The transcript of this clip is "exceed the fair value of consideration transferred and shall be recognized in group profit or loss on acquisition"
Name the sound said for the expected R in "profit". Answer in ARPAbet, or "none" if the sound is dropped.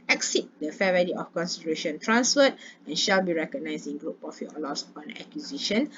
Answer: none